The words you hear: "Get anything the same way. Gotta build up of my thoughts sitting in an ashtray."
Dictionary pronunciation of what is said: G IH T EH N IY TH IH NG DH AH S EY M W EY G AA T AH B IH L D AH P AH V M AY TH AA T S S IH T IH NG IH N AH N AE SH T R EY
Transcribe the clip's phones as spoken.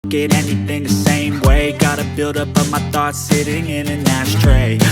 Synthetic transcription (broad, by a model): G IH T EH N IY TH IH NG DH AH S EY M W EY G AA T AH B IH L D AH P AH M AY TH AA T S S IH T IH NG IH N AH N AE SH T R EY